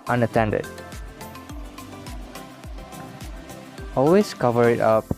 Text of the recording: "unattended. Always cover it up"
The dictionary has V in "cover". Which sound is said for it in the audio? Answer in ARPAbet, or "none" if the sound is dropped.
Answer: V